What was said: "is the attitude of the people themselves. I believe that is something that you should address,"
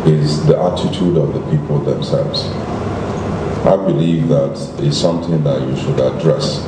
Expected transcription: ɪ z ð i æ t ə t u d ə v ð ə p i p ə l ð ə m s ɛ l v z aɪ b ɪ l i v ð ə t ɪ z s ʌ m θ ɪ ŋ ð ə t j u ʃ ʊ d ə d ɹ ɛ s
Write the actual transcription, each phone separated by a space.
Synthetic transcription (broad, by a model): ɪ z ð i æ t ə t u d ə v ð ə p i p ə l ð ə m s ɛ l v z aɪ b ɪ l i v ð ə t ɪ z s ʌ m θ ɪ ŋ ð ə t j u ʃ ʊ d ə d ɹ ɛ s